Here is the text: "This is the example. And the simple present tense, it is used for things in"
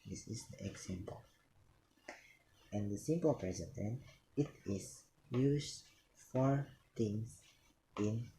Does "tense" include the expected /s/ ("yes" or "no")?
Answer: no